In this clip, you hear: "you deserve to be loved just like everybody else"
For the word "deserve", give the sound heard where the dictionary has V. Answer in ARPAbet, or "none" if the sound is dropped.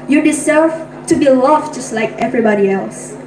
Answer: F